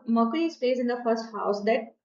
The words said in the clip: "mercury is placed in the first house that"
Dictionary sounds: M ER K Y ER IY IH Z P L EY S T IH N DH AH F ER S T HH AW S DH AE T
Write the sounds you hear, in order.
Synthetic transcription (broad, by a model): M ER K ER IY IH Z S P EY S IH N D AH F ER S T HH AW S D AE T